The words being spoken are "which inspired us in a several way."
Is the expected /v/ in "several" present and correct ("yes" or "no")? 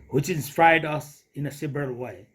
no